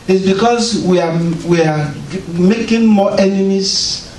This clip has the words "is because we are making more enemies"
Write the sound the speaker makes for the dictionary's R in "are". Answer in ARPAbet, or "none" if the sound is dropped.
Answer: W